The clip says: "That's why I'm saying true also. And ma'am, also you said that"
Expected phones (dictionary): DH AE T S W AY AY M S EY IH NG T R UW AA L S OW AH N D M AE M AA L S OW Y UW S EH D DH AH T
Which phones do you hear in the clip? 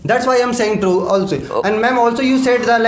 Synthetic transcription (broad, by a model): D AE T S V AY AY M S EY IH NG T R UW AA L S OW AH N D M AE M AA L S OW Y UW S EH D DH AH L